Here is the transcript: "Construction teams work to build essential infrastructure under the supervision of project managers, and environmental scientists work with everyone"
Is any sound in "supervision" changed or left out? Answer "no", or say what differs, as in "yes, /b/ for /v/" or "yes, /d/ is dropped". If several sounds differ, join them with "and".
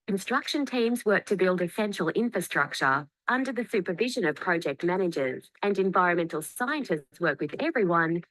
no